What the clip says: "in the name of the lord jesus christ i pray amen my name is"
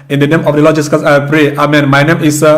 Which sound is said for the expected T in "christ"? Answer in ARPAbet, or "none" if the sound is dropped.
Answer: none